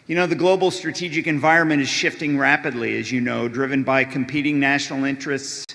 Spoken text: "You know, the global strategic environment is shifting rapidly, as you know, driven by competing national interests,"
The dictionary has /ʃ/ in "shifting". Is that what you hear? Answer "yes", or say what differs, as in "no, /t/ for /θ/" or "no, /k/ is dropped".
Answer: yes